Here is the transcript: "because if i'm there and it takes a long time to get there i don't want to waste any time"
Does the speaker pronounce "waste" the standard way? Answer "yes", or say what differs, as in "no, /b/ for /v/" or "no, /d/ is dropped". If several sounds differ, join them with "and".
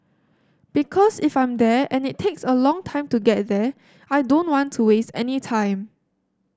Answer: yes